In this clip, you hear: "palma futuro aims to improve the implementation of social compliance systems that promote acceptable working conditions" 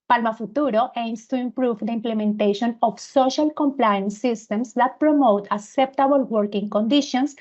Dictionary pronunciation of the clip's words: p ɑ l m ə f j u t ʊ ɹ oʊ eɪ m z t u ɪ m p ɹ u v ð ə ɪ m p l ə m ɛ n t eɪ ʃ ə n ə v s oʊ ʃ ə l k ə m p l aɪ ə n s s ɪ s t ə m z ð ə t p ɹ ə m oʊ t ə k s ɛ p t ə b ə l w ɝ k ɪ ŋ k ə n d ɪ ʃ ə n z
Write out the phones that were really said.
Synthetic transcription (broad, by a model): p ɑ l m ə f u t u ɹ oʊ eɪ m s t u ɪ m p ɹ u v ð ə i m p l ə m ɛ n t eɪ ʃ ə n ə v s oʊ ʃ ə l k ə m p l aɪ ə n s s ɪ s t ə m s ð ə t p ɹ ə m oʊ t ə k s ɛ p t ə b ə l w ɝ k ɪ ŋ k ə n d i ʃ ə n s